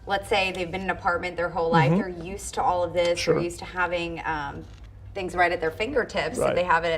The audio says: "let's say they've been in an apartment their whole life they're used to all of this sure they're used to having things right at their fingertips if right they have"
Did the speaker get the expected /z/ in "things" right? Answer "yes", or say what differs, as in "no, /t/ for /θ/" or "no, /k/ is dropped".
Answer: yes